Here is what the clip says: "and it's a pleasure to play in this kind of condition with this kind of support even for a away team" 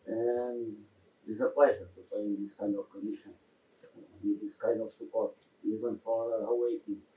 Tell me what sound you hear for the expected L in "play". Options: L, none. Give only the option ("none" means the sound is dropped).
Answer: none